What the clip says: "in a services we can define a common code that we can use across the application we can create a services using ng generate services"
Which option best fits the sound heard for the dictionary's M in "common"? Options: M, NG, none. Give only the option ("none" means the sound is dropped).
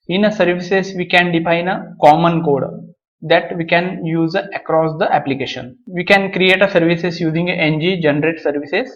M